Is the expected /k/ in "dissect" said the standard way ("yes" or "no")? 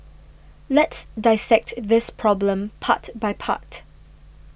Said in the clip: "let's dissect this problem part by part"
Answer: yes